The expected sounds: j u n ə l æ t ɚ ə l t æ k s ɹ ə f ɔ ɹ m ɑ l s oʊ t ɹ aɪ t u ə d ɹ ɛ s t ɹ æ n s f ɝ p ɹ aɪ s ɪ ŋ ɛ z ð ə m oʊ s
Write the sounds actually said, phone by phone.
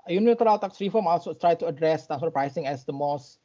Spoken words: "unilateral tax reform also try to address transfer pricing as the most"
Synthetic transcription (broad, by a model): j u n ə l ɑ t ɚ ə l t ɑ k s ɹ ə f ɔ m ɑ l s oʊ t ɹ aɪ t u ə d ɹ ɛ s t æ s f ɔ p ɹ aɪ s ɪ ŋ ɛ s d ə m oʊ s